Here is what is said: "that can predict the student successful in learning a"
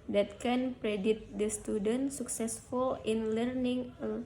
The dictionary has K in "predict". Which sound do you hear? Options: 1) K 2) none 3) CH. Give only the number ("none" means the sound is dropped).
2